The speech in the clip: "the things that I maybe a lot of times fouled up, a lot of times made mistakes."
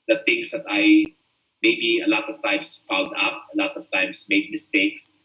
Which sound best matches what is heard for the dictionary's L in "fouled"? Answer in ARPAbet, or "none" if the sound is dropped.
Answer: N